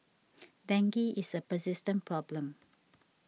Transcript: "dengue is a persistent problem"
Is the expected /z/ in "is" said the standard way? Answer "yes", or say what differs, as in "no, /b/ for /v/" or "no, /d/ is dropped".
no, /s/ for /z/